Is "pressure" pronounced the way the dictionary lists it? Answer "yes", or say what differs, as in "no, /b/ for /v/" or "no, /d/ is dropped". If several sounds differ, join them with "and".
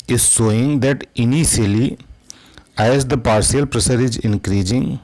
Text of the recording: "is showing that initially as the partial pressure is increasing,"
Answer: no, /s/ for /ʃ/